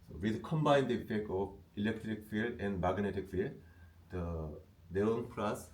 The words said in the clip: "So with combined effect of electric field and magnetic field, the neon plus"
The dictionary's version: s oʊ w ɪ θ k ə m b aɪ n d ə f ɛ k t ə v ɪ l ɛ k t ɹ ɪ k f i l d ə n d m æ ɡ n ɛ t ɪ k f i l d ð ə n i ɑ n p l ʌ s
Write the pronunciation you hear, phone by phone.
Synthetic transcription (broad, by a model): s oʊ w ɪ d k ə m b aɪ n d ə f ɛ k t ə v ɪ l ɛ k t ɹ ɪ k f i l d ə n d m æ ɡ n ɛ t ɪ k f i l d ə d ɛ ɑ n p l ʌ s